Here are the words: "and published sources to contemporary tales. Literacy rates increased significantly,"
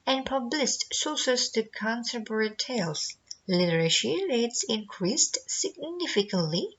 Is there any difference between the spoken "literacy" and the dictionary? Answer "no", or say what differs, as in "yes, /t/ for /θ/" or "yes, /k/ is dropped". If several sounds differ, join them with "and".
yes, /ʃ/ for /s/